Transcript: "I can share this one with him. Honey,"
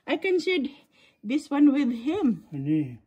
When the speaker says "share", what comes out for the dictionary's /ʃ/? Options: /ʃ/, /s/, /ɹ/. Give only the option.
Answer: /s/